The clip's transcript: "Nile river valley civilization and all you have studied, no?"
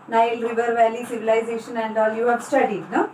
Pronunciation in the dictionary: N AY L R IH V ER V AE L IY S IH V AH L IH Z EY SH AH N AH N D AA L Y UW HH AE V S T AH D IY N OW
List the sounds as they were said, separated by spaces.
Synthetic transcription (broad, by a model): N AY L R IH V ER V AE L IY S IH V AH L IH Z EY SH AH N AH N D AA L Y UW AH B S T AH D IY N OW